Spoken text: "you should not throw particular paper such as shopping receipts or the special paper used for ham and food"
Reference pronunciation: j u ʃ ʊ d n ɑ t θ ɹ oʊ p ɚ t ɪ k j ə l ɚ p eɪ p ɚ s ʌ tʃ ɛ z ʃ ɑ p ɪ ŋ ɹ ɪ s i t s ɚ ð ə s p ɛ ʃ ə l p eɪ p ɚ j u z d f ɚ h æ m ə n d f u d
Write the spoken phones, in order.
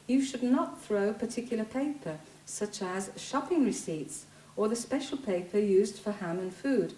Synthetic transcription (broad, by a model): j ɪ ʃ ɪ d n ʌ t θ ɹ oʊ p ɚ t ɪ k j l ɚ p eɪ p ɚ s ʌ tʃ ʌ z ʃ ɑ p ɪ ŋ ɹ ɪ s i t s ɚ ð ə s p ɛ ʃ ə l p eɪ p ɚ j u z d f ɚ h æ m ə n f u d